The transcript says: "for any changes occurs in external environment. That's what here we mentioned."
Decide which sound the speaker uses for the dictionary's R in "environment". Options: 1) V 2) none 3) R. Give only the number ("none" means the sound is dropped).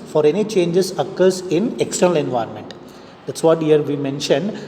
3